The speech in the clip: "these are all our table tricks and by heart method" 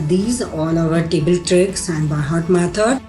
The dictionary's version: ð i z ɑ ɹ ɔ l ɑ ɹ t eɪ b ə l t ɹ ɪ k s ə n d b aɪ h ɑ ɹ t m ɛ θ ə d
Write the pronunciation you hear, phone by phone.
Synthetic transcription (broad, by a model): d i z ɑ l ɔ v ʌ ɹ t eɪ b ə l t ɹ ɪ k s ə n d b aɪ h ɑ t m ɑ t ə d